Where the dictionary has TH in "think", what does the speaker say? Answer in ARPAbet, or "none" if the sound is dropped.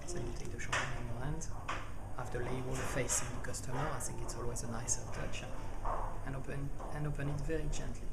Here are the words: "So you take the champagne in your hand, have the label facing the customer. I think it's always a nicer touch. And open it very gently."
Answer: TH